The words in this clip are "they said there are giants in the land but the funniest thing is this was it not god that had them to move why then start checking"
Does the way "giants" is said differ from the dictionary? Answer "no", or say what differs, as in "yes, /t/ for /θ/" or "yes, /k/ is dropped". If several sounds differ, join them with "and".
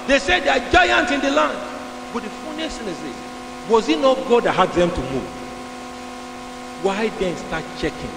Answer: yes, /s/ is dropped